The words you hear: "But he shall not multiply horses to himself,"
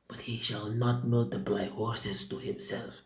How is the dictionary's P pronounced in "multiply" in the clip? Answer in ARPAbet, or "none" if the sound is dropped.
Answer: B